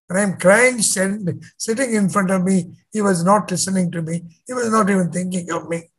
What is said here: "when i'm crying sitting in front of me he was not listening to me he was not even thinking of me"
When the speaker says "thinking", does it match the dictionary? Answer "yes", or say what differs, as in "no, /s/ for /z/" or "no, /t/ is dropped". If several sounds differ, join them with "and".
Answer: no, /t/ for /θ/